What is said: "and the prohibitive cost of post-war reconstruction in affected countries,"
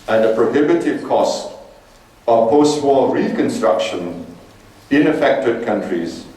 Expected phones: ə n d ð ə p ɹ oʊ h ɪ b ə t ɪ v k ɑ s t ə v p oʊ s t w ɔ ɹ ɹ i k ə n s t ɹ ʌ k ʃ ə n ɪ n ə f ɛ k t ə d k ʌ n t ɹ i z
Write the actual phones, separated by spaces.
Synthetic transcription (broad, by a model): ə n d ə p ɹ oʊ h ɪ b ə t ɪ v k ɑ s t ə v p oʊ s t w ɔ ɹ ɹ i k ə n s t ɹ ʌ k ʃ ə n ɪ n ə f ɛ k t ə d k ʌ n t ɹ i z